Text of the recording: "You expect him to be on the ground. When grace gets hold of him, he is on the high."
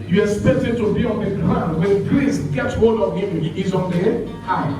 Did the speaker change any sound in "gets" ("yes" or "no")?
yes